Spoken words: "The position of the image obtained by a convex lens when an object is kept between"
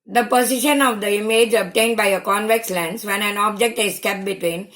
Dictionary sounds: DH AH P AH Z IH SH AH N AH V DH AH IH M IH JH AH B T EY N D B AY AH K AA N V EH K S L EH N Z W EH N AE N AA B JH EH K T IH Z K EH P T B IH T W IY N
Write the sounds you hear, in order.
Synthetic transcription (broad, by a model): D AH P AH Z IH SH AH N AH V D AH IH M IH JH AH B T EY N D B AY AH K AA N V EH K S L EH N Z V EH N AE N AA B JH EH K T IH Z K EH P B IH T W IY N